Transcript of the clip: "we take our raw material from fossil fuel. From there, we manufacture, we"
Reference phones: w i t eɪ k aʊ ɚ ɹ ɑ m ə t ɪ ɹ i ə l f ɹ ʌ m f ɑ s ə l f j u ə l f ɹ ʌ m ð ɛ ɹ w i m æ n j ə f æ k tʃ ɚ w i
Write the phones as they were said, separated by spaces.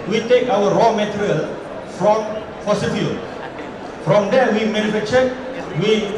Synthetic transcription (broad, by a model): w i t eɪ k aʊ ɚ ɹ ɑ m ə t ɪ ɹ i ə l f ɹ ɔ m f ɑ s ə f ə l f ɹ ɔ m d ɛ w i m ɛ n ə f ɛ tʃ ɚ w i